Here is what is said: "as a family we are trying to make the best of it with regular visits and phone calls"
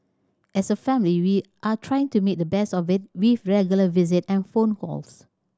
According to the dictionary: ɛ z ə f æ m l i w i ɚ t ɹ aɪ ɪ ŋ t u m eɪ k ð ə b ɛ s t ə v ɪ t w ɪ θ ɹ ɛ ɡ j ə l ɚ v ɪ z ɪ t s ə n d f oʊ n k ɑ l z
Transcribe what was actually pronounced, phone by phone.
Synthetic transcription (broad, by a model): ɛ s ə f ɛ m l i w i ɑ t ɹ aɪ ɪ ŋ t u m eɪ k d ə b ɛ s t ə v ɪ t w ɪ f ɹ ɛ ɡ j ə l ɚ v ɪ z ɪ t ə n f oʊ n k ɑ l s